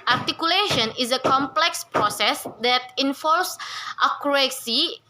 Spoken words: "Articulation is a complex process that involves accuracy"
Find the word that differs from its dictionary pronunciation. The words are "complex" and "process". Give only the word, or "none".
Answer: none